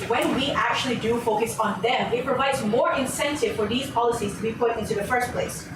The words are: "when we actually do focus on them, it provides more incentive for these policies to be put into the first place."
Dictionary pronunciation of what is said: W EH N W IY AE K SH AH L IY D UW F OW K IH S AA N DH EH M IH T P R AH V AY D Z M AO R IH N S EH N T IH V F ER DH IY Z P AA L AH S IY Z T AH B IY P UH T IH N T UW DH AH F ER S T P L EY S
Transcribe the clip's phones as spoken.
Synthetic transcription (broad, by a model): W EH N W IY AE K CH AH L IY D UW F OW K IH S N DH EH M IH T P R AH V AY D Z M AO R IH N S EH N T IH V F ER DH IY Z P AA L AH S IY Z T AH B IY P UH T IH N T UW DH AH F ER S T P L EY S